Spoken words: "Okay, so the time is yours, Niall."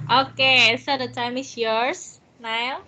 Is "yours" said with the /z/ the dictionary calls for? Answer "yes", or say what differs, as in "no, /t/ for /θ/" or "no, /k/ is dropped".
no, /s/ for /z/